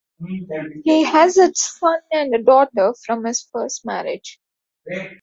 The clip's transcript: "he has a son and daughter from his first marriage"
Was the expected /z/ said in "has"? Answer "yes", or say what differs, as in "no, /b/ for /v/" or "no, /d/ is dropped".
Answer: yes